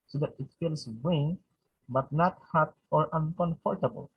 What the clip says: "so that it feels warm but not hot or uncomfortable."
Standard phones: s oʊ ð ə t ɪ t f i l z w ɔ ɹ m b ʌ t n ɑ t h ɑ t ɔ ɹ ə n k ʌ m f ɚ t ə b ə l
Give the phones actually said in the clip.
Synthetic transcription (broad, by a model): s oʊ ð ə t ɪ t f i l s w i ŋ b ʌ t n ɑ t h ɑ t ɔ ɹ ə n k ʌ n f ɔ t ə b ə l